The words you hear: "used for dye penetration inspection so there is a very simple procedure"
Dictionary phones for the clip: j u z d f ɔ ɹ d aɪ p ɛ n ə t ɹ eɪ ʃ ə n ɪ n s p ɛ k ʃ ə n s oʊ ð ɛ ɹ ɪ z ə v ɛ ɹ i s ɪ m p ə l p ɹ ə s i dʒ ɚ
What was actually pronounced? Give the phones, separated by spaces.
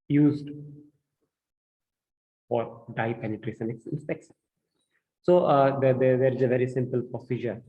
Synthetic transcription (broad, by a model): j u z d f ɔ ɹ d aɪ p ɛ n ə t ɹ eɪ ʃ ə n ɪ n s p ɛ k s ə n s oʊ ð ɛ ɹ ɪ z ə v ɛ ɹ i s ɪ m p ə l p ɹ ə s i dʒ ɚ